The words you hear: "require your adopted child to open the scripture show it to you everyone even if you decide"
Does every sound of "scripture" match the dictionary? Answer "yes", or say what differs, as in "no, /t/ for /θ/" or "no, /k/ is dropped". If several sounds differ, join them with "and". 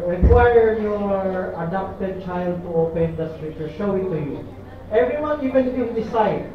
no, /p/ is dropped